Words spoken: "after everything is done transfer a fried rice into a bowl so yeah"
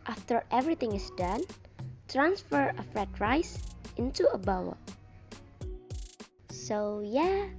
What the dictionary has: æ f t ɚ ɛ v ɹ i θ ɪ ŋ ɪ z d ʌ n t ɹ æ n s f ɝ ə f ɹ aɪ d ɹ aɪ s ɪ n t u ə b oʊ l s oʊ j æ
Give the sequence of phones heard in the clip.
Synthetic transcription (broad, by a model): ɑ f t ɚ ɛ v ɹ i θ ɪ ŋ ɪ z d ʌ n t ɹ æ n s f ɝ ə f ɹ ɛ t ɹ aɪ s ɪ n t u ə b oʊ w s oʊ j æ